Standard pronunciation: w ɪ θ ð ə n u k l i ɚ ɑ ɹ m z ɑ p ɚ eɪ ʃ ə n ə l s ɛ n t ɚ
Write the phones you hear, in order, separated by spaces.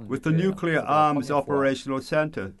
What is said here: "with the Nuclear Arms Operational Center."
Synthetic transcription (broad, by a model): w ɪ ð ə n u k l i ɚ ɑ ɹ m z ɑ p ɚ eɪ ʃ ə n ə l s ɛ n t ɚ